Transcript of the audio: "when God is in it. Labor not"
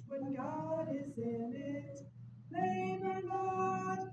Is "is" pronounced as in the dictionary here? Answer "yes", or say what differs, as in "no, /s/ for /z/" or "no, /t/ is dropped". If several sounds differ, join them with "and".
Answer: yes